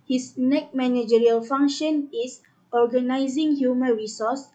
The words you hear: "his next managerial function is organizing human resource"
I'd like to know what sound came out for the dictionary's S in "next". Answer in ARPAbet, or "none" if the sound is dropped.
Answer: none